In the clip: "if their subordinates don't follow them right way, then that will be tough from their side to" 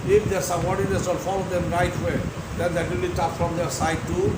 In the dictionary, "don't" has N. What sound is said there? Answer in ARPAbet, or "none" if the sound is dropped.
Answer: L